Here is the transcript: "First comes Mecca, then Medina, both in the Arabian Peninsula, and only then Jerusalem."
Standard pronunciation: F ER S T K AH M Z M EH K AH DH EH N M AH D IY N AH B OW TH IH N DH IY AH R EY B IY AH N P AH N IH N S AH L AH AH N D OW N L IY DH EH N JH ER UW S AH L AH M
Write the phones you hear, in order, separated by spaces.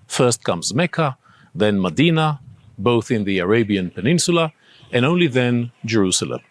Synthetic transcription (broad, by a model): F ER S T K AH M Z M EH K AH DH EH N M AH D IY N AH B OW TH IH N DH IY AH R EY B IY AH N P AH N IH N S AH L AH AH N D OW N L IY DH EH N JH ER UW S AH L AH M